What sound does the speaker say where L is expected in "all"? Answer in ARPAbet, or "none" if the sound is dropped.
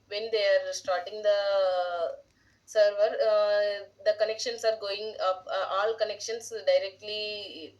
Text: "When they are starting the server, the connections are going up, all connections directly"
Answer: L